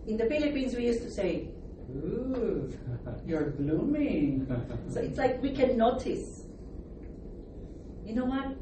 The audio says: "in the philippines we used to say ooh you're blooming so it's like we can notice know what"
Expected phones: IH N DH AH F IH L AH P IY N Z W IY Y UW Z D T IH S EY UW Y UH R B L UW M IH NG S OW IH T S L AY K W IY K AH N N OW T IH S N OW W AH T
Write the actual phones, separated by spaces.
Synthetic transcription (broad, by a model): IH N DH AH F IH L AH P IY N Z W IY Y UW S T IH S EY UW Y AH R B L UW M IH NG S OW IH T S L AY K W IY K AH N N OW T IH S N OW W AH T